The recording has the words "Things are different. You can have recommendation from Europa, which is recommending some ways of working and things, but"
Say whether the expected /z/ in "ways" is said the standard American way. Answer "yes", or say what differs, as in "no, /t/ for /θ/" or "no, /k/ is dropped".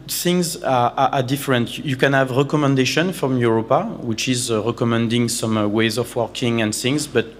yes